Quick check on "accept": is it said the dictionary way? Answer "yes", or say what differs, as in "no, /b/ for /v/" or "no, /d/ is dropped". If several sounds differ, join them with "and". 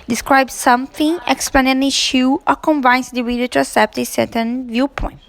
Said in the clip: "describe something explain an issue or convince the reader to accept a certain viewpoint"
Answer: no, /k/ is dropped